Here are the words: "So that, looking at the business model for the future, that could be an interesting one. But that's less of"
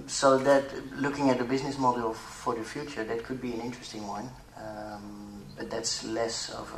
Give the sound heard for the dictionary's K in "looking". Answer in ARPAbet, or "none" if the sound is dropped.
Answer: K